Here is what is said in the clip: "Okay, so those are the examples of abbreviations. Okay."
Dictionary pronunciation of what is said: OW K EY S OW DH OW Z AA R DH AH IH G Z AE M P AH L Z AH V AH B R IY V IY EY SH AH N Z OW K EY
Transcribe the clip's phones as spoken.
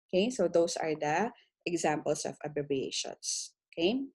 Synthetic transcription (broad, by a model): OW K EY S OW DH OW S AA R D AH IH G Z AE M P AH L S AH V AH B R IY B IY EY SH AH N S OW K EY